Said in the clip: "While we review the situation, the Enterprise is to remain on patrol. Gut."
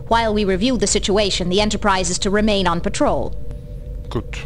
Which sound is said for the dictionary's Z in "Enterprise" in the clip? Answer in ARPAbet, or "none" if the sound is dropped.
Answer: Z